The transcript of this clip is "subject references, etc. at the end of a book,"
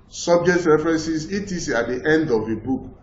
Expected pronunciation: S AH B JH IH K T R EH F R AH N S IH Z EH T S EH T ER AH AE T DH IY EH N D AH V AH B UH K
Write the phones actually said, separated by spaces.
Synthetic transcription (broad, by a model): S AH B JH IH K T R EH F R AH N S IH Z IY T IY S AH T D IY EH N D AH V AH B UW K